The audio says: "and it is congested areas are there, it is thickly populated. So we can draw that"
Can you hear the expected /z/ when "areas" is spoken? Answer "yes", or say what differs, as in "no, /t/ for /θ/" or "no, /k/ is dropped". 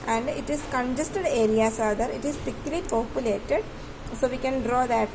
no, /s/ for /z/